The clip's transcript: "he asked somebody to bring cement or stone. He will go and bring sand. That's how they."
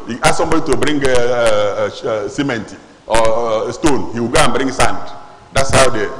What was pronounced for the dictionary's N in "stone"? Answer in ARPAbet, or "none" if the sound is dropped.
N